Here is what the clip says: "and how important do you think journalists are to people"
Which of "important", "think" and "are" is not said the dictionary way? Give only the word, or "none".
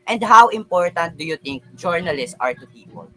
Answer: think